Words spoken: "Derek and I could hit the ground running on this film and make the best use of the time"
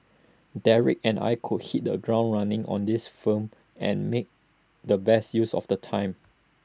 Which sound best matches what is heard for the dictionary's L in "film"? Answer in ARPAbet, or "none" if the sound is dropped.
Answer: none